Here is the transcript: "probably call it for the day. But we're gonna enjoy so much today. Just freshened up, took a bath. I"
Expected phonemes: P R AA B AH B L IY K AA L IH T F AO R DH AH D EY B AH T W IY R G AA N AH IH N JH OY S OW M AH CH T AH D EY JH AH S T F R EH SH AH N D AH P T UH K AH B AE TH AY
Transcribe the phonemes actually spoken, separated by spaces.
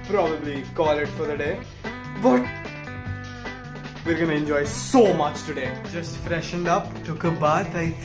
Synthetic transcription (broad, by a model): P R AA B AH B L IY K AA L IH T F AO R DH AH D EY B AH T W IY R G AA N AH IH N JH OY S OW M AH CH T AH D EY JH AH S T F R EH SH AH N D AH P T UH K AH B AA T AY